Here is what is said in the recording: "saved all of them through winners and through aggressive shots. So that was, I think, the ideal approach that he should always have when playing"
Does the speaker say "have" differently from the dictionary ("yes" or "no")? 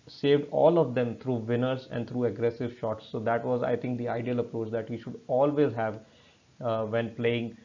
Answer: no